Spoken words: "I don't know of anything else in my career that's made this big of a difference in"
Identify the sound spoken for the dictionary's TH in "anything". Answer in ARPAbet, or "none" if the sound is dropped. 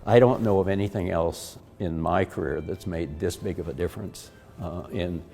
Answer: TH